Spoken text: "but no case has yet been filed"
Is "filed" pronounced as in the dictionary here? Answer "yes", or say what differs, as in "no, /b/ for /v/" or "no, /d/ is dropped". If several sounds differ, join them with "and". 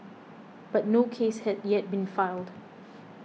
yes